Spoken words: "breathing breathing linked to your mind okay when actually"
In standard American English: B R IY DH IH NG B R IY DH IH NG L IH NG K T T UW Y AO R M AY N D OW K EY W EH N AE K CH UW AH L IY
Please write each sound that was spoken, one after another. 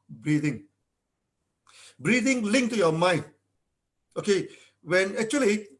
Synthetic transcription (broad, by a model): B R IY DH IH NG B R IY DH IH NG L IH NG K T T UW Y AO M AY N OW K EY W EH N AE K CH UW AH L IY